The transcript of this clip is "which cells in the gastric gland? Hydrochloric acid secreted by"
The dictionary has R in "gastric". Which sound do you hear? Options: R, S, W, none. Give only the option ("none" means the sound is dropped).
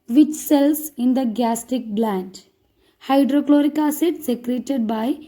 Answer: none